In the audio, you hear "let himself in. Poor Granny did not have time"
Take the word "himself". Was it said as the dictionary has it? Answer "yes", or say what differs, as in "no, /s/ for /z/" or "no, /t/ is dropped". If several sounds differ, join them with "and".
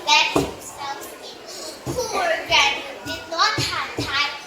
no, /m/ is dropped